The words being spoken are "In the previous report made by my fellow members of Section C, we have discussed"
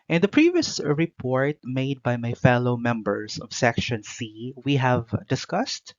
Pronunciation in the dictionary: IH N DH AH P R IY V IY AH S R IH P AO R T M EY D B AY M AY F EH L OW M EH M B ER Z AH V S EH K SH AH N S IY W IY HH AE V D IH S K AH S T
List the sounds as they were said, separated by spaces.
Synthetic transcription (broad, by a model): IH N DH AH P R IY V IY AH S R IH P AO R T M EY D B AY M AY F EH L OW M EH M B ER S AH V S EH K SH AH N S IY W IY HH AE V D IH S K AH S T